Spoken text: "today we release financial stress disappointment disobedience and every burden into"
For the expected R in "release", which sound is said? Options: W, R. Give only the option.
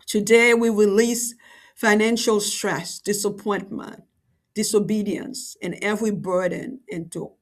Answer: R